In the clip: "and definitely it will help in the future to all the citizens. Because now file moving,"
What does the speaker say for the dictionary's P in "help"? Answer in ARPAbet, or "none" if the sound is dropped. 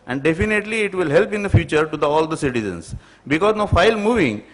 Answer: P